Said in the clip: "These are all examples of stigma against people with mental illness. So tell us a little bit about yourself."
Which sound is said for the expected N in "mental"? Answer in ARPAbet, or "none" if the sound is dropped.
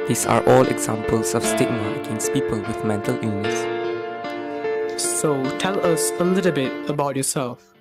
N